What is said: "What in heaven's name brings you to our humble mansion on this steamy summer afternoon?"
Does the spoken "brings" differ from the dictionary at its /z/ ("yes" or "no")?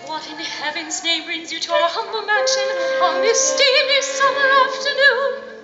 no